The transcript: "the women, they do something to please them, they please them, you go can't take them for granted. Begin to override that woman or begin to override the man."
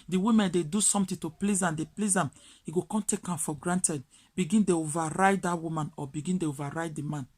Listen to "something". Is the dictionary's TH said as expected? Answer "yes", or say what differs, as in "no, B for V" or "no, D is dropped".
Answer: no, T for TH